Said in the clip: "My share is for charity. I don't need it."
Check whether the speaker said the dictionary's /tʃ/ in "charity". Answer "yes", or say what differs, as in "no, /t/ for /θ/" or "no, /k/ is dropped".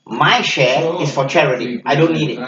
yes